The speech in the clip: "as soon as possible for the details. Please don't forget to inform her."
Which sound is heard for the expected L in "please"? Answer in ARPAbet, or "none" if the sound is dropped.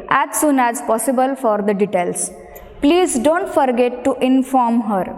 L